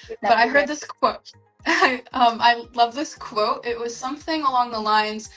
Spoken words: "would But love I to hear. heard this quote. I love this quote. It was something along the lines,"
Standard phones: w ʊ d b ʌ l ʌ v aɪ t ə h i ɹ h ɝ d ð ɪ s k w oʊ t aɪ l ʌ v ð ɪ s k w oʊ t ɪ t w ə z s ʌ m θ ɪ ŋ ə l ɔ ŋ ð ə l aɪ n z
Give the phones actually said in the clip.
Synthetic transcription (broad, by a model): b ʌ ʌ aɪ t ə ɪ h ɝ d ð ɪ s k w oʊ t aɪ l ʌ v ð ɪ s k w oʊ t ɪ t w ə z s ʌ m θ ɪ ŋ ə l ɔ ŋ ð ə l aɪ n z